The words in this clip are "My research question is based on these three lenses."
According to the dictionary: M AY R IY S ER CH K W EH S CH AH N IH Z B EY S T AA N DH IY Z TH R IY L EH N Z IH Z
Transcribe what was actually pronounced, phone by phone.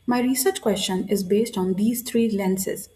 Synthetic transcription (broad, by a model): M AY R IY S ER CH K W EH S CH AH N IH Z B EY S T AA N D IY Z T R IY L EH N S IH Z